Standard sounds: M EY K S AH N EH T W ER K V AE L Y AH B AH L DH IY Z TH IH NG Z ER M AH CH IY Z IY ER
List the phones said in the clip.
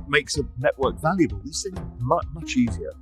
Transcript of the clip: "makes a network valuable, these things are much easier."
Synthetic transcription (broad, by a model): M EY K S AH N EH T W ER K V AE L Y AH B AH L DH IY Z S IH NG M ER M AH CH IY Z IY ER